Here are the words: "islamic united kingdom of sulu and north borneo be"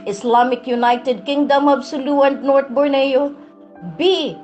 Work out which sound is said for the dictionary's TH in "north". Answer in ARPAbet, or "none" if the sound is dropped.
T